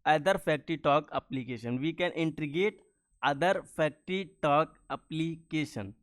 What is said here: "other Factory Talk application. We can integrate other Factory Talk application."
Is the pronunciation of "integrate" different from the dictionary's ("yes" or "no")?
yes